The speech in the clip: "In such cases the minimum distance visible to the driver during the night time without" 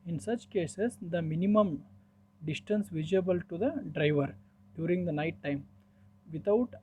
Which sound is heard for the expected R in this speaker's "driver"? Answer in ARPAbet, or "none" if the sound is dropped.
R